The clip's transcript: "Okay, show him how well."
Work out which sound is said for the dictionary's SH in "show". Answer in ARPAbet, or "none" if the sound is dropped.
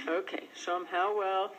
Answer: S